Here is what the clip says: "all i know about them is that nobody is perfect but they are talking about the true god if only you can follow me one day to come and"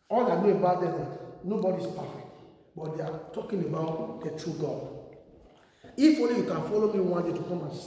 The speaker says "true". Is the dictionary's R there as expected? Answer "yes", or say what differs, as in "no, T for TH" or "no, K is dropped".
yes